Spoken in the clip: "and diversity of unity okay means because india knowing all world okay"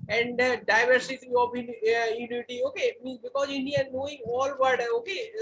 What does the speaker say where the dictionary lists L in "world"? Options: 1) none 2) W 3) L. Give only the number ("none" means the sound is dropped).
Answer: 1